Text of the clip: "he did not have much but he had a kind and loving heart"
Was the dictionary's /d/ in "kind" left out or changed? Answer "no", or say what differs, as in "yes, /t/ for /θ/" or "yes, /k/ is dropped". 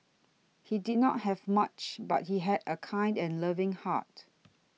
no